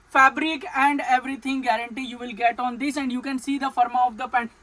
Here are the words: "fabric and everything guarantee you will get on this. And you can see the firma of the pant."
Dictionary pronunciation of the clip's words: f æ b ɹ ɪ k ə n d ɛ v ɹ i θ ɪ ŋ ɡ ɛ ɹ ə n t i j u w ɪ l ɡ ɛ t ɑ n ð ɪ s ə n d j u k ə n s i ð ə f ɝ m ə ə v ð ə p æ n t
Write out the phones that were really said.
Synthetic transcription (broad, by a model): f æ b ɹ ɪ k ə n d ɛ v ɹ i t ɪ ŋ ɡ ɛ ɹ ə n t i j u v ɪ l ɡ ɛ t ɑ n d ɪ s ə n d j u k ə n s i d ə f ɝ m ə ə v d ə p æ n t